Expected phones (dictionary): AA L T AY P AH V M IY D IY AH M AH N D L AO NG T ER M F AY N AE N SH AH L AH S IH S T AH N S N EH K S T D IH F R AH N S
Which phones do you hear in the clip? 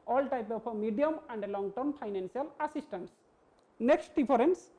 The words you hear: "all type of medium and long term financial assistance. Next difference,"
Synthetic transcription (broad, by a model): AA L T AY P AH P M IY D IY AH M AH N D L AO NG T ER M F AY N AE N S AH L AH S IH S T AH N S N EH K S T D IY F R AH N S